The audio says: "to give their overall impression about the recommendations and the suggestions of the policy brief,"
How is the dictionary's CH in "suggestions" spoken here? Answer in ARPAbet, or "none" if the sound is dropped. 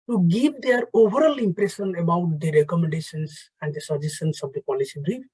none